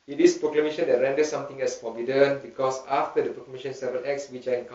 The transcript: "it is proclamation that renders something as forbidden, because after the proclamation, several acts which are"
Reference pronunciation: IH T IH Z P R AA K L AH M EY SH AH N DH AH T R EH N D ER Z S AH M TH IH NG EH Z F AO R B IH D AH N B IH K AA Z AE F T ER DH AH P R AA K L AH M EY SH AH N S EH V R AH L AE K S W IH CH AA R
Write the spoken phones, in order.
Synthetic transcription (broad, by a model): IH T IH S P R AA K L AH M EY SH AH N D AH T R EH N D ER S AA M T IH NG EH S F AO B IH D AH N B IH K AA S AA F T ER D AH P R AA K L AH M EY SH AH N S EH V AH N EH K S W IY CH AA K